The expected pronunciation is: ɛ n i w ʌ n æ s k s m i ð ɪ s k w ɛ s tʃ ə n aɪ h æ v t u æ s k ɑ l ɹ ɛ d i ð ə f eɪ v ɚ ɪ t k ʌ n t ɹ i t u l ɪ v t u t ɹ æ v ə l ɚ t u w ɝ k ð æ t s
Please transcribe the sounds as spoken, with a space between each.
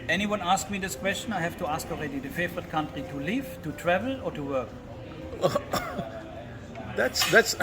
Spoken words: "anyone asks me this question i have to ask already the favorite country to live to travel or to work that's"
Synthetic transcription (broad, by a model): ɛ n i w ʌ n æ s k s m i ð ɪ s k w ɛ s tʃ ə n aɪ h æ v t u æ s k ɑ l ɹ ɛ d i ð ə f eɪ v ɚ ɪ t k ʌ n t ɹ i t u l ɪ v t u t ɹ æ v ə l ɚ t u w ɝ k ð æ t s